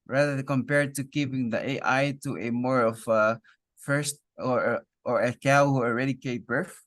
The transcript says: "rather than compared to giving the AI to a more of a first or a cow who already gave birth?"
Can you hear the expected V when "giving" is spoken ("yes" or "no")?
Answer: no